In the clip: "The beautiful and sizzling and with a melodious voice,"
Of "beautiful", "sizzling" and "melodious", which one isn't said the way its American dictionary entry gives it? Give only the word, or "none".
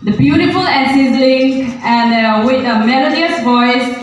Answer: sizzling